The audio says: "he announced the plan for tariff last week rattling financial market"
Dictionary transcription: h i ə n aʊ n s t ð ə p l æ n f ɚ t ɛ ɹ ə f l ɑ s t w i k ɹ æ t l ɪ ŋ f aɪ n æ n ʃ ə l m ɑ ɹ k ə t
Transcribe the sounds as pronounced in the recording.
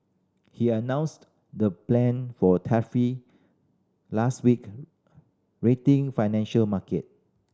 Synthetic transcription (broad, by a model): h i ə n aʊ n s t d ə p l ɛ n f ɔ t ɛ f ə l ɑ s t w i k ɹ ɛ t ɪ ŋ f aɪ n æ n ʃ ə l m ɑ k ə t